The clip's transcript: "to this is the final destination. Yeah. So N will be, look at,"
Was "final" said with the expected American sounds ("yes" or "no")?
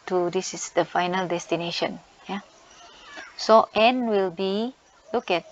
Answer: yes